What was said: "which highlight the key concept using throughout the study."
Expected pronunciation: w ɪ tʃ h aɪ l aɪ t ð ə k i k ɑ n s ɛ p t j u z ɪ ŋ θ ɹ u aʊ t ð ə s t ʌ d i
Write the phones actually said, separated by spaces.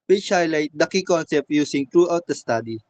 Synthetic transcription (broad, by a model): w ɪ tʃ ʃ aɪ l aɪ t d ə k i k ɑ n s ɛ p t j u s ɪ ŋ t ɹ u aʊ t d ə s t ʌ d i